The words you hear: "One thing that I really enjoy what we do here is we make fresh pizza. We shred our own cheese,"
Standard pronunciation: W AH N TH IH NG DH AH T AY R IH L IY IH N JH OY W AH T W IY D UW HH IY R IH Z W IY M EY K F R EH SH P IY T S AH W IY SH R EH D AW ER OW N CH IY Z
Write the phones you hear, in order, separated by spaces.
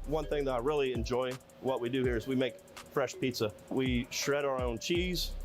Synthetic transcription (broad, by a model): W AH N TH IH NG DH AH T AY R IH L IY IH N JH OY W AH T W IY D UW HH IY R IH Z W IY M EY K F R EH SH P IY T S AH W IY SH R EH D AW ER OW N CH IY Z